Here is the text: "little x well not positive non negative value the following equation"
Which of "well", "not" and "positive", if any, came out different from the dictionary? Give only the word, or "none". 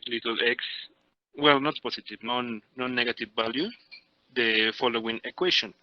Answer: positive